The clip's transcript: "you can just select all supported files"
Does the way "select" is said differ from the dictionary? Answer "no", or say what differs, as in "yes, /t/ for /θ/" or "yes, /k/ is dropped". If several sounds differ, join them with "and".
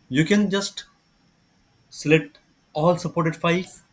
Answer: yes, /k/ is dropped